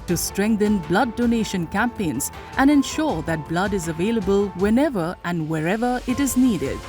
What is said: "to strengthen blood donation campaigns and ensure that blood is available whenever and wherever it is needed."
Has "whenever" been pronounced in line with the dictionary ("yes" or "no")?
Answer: yes